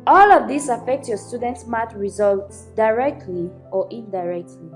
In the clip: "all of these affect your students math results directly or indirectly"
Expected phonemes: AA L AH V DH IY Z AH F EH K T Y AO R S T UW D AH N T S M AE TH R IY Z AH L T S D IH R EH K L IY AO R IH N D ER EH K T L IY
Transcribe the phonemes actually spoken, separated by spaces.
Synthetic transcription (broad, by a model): AA L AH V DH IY S AH F EH K T Y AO S T UW D AH N T S M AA T R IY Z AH L T S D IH R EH K L IY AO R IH N D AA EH K T L IY